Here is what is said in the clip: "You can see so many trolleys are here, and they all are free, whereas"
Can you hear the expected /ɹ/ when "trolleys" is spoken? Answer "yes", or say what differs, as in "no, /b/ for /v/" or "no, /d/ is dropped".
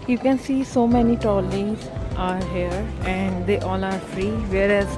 no, /ɹ/ is dropped